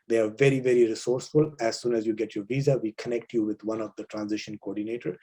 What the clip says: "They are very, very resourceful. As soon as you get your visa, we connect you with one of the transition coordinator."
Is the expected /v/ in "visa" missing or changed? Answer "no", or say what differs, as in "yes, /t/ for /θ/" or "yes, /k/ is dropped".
no